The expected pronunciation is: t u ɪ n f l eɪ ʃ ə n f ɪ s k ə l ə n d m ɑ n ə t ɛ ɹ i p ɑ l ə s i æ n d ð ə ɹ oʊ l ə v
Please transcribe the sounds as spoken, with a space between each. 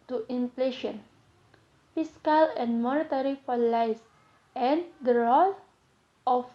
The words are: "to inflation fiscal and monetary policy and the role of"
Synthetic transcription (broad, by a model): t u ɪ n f l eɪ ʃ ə n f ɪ s k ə l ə n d m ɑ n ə t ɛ ɹ i f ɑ l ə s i n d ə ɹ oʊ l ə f